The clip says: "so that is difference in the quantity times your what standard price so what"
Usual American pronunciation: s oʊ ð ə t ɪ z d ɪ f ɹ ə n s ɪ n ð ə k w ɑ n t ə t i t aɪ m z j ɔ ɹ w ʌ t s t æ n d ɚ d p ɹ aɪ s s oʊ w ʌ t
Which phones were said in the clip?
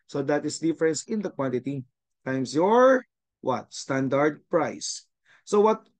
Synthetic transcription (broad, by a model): s oʊ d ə t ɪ s d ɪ f ɹ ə n s ɪ n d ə k w ɑ n t ə t i t aɪ m s j ɔ ɹ w ʌ t s t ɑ n d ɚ d p ɹ aɪ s s oʊ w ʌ t